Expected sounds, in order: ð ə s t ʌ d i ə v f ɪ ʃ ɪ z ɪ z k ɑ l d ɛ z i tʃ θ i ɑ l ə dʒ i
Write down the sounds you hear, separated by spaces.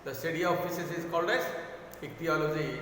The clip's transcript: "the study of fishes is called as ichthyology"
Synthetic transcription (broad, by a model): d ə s t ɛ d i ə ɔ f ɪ s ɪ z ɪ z k ɑ l d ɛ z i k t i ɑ l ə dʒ i